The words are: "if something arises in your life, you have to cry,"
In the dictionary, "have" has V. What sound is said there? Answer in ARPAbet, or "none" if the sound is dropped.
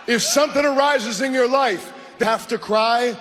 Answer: F